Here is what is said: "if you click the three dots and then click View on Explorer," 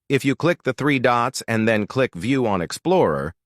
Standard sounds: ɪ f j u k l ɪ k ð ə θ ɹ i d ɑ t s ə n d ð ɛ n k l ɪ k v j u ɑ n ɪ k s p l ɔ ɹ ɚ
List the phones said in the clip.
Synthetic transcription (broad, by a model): ɪ f j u k l ɪ k ð ə θ ɹ i d ɑ t s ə n ð ɛ n k l ɪ k v j u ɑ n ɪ k s p l ɔ ɹ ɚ